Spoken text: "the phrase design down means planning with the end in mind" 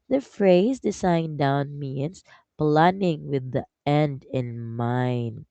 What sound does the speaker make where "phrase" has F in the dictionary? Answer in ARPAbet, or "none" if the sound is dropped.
F